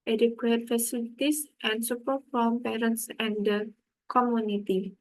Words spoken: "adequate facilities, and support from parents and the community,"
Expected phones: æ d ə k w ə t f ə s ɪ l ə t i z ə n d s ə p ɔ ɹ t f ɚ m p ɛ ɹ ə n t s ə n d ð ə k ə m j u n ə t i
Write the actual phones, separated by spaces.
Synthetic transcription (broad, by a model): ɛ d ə k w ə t f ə s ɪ l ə t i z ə n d s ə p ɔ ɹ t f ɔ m p ɛ ɹ ə n t s ə n d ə k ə m j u n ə t i